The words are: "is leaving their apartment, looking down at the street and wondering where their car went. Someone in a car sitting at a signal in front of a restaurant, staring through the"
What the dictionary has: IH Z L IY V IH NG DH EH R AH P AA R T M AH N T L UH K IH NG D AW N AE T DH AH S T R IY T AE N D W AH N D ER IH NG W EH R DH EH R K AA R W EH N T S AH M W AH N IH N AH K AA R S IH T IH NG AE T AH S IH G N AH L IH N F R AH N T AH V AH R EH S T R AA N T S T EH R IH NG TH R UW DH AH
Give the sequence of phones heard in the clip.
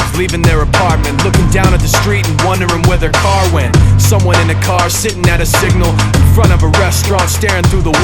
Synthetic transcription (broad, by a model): L IY V IH NG DH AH R AH P AA R T M AH N T L UH K IH NG D AW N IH T DH AH S T R IY T N W AH N D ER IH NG W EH R DH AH R K AA R W EH N T S AH M W AH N IH N AH K AA R S IH T IH NG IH T AH S IH G N L IH N F R AH T AH V AH R EH S T R AA N T S T EH R IH NG TH R UW DH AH